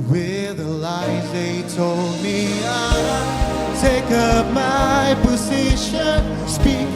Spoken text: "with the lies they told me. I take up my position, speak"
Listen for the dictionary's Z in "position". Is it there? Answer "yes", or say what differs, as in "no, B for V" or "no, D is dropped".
yes